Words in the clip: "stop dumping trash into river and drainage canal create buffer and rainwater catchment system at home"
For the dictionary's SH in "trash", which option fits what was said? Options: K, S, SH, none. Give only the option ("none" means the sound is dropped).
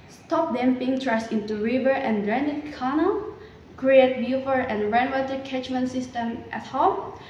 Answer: S